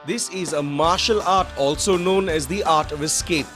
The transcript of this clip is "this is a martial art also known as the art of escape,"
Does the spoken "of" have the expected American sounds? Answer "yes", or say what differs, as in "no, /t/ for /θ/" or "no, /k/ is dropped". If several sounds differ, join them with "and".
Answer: yes